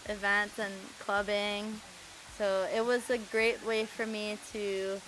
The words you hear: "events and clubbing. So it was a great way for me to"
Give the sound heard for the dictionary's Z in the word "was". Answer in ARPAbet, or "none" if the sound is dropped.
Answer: Z